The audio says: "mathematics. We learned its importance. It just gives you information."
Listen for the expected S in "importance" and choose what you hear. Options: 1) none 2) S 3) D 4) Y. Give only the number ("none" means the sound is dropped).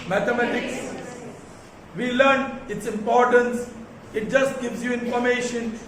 2